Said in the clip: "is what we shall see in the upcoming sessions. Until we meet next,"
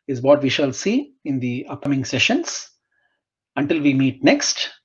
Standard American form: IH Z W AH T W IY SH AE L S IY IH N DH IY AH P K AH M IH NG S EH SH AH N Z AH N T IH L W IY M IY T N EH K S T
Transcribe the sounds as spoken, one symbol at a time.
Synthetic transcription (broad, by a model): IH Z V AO T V IY SH AE L S IY IH N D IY AH P K AH M IH NG S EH SH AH N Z AH N T IH L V IY M IY T N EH K S T